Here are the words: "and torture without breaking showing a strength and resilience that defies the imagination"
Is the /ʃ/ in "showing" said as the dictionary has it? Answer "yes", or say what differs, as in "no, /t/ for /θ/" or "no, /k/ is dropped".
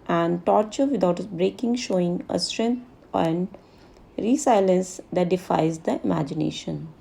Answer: yes